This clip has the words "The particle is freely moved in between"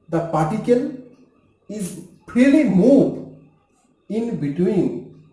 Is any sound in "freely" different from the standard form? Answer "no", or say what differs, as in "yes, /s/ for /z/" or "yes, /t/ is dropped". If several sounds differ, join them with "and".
yes, /p/ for /f/